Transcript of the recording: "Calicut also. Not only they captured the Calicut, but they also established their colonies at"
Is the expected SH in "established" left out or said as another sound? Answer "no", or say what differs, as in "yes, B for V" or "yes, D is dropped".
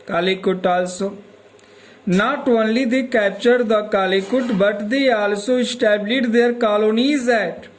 yes, SH is dropped